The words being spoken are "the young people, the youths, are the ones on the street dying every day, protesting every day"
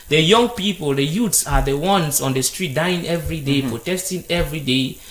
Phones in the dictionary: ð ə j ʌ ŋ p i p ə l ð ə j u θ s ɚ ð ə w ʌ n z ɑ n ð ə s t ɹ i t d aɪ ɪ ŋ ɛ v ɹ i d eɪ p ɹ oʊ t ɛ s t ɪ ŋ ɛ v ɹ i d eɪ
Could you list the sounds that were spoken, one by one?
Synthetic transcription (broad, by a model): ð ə j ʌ ŋ p i p ə l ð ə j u t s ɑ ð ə w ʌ n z ɑ n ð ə s t ɹ i t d aɪ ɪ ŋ ɛ v ɹ i d eɪ p ɹ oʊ t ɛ s t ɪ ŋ ɛ v ɹ i d eɪ